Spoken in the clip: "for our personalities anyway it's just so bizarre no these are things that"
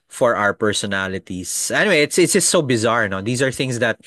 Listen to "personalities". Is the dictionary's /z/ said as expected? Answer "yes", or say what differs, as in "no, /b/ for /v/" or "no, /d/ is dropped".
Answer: no, /s/ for /z/